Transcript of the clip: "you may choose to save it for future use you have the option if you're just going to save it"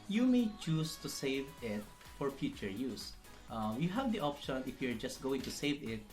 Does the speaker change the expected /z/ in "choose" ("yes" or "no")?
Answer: yes